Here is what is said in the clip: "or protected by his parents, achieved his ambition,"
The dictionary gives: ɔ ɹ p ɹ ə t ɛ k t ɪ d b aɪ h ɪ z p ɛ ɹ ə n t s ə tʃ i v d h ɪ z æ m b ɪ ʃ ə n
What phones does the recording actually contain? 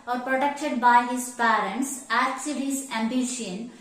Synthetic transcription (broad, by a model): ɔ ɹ p ɹ ə t ɛ k t ɪ d b aɪ h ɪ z p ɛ ɹ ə n t s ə s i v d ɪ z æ m b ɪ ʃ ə n